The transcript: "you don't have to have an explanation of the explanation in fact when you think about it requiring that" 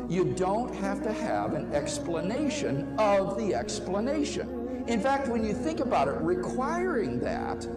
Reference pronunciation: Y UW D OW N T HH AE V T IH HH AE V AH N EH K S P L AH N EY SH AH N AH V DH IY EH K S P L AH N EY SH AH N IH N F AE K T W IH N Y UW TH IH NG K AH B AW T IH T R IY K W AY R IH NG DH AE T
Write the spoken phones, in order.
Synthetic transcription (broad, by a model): Y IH D OW N T HH AE F T IH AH V AH N EH K S P L AH N EY SH AH N AH V DH IY EH K S P L AH N EY SH AH N IH N F AE K T W IH N Y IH TH IH NG K AH B AW T IH T R IY K W AY R IH NG DH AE T